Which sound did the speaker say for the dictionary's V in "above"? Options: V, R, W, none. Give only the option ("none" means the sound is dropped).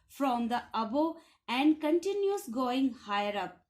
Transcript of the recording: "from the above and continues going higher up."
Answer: none